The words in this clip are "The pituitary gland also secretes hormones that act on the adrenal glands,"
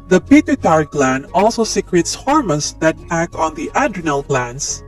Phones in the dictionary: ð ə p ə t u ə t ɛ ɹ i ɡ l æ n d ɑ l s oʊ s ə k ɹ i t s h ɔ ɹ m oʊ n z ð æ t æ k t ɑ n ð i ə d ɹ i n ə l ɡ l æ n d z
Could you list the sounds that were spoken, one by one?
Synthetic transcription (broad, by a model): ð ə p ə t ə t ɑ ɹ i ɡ l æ n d ɑ l s oʊ s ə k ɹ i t s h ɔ ɹ m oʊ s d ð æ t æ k ɑ n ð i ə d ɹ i n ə l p l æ n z